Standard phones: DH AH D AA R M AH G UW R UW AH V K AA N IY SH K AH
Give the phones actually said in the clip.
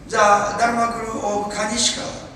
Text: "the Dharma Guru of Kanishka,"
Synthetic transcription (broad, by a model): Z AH D AA R M AH G UW R UW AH B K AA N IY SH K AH